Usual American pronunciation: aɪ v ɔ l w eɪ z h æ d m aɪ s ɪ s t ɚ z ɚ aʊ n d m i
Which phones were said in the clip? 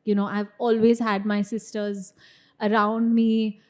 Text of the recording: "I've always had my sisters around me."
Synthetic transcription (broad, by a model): aɪ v ɔ l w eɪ z h æ d m aɪ s ɪ s t ɚ z ɚ aʊ n d m i